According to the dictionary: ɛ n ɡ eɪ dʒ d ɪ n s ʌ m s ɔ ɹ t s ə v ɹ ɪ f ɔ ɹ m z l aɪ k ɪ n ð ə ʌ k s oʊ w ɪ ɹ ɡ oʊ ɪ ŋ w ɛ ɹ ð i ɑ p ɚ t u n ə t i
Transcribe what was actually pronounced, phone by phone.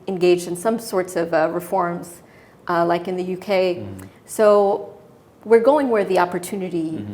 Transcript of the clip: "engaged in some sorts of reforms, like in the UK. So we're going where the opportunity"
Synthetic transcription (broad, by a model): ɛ n ɡ eɪ dʒ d ɪ n s ʌ m s ɔ ɹ t s ə v ɹ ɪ f ɔ ɹ m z l aɪ k ɪ n ð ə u k s oʊ w ɪ ɹ ɡ oʊ ɪ ŋ w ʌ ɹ ð i ɑ p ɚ t u n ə t i